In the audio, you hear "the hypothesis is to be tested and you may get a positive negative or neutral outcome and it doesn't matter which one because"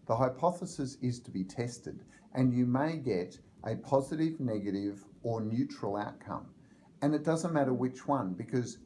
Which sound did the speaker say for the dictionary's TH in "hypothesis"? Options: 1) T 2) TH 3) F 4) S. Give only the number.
2